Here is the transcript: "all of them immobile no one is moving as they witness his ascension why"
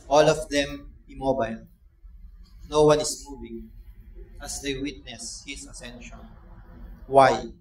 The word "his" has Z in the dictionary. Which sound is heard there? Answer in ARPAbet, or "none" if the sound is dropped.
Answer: S